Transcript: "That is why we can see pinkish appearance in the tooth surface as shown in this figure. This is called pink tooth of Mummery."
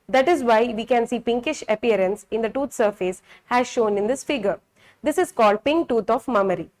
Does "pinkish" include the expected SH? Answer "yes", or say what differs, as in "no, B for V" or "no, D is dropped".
yes